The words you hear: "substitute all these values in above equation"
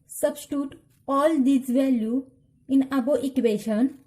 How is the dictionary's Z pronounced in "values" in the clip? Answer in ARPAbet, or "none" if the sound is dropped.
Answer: none